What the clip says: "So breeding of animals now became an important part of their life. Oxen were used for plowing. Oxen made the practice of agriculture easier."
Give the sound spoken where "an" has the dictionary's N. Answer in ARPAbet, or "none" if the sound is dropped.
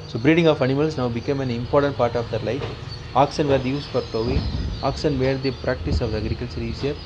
N